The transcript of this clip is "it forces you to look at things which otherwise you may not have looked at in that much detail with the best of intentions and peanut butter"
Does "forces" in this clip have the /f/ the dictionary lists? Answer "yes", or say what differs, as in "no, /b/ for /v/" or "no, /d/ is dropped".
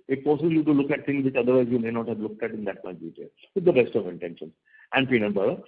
no, /p/ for /f/